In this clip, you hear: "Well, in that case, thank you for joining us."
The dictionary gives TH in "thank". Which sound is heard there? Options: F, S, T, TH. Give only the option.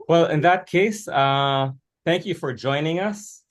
TH